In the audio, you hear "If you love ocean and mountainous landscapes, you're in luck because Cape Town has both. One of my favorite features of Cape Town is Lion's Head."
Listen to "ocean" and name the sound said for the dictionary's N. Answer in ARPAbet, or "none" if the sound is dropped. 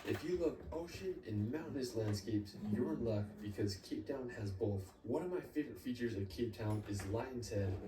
none